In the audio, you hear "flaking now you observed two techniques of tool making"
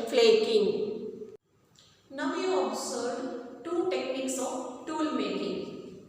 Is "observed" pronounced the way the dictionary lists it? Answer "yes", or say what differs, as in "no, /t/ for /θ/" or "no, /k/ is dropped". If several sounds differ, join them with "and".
no, /v/ is dropped